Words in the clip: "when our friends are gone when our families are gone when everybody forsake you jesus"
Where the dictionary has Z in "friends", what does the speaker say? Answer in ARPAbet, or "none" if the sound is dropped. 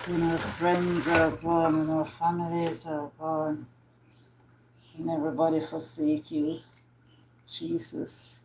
Z